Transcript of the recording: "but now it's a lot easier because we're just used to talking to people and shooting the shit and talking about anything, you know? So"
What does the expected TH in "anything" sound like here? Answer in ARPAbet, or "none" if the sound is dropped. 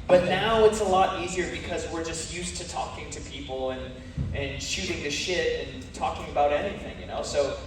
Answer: TH